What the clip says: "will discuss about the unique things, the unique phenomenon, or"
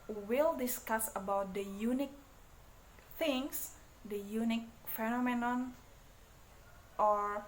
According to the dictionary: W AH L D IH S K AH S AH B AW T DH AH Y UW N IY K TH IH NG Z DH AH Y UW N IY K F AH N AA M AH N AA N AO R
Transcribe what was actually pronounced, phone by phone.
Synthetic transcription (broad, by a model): W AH L D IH S K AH S AH B AW T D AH Y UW N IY K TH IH NG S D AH Y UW N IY K F AH N AA M AH N AA N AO R